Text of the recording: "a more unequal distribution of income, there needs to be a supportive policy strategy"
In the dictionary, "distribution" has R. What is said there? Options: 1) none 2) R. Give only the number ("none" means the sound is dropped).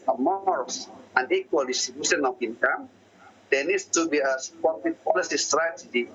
1